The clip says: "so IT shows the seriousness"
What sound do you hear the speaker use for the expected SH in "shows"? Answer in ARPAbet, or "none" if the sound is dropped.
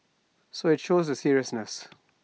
SH